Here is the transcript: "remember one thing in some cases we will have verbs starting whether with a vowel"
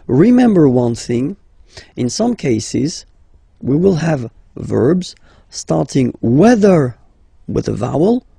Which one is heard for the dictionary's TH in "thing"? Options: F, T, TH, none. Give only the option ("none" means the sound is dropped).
TH